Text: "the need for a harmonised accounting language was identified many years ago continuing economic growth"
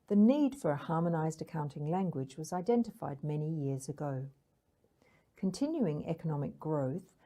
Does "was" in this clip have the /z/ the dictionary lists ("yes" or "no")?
yes